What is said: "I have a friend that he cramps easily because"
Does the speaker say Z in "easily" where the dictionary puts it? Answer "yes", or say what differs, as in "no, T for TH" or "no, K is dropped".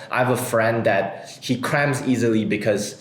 yes